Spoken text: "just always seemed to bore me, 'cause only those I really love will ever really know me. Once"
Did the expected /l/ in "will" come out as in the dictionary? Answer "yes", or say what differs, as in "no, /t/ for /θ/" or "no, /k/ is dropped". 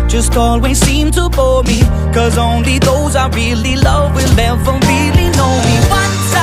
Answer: no, /n/ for /l/